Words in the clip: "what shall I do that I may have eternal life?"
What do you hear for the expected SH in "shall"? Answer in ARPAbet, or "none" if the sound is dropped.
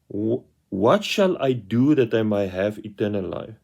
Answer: SH